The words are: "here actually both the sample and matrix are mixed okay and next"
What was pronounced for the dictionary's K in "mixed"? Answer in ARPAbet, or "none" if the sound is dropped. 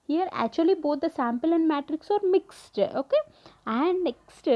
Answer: K